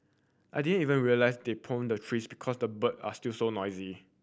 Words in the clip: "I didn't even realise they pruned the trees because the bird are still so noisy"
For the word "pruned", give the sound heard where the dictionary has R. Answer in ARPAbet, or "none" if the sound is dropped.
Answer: none